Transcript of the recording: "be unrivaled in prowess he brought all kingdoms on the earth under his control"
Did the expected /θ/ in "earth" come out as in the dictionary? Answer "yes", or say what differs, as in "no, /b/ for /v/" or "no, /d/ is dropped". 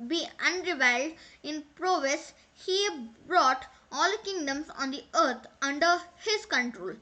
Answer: no, /t/ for /θ/